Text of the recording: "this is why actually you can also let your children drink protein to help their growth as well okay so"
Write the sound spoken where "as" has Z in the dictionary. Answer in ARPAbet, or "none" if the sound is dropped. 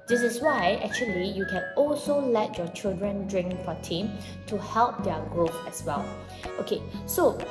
S